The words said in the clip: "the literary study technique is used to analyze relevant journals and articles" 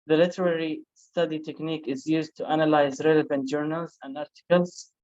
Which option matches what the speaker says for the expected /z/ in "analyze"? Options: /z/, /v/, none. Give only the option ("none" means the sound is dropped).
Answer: /z/